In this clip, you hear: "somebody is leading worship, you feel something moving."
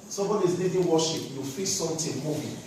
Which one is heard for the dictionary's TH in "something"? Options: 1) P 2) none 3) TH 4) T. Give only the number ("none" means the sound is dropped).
4